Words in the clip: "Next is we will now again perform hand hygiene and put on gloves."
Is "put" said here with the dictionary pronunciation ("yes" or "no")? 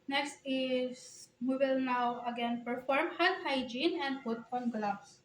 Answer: no